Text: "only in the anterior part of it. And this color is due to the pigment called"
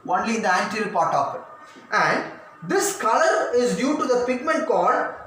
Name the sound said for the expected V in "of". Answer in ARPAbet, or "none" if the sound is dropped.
P